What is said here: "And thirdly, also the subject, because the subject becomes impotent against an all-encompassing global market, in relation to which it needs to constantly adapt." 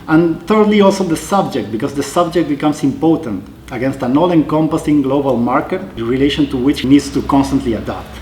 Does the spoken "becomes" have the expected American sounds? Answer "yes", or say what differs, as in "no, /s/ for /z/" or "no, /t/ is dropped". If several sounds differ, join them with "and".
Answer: no, /s/ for /z/